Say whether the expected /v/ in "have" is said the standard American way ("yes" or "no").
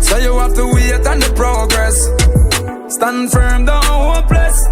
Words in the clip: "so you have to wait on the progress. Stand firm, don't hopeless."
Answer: no